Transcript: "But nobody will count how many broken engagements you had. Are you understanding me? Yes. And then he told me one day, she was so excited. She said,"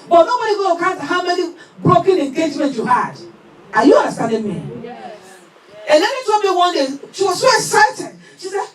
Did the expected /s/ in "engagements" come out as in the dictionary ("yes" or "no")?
no